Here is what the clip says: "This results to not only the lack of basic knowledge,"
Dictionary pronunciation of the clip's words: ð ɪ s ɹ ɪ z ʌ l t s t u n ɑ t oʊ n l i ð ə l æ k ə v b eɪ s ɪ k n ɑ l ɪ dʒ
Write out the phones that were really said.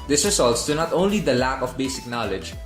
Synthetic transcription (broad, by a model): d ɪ s ɹ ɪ s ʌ l t s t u n ɑ t oʊ n l i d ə l æ k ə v b eɪ s ɪ k n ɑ l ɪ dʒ